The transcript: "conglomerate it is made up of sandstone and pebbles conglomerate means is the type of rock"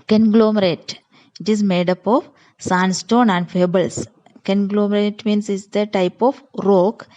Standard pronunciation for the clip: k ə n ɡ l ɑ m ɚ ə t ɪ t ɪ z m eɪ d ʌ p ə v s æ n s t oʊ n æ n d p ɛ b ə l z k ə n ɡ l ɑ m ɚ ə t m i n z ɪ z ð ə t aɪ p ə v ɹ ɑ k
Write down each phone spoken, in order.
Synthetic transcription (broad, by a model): k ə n ɡ l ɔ m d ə t ɪ t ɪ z m eɪ d ʌ p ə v s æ n s t oʊ n æ n d f ɛ b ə l s k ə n ɡ l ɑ m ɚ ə t m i n s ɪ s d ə t aɪ p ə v ɹ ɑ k